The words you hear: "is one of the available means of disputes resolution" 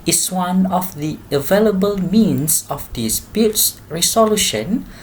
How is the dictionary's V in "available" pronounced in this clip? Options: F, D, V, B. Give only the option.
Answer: V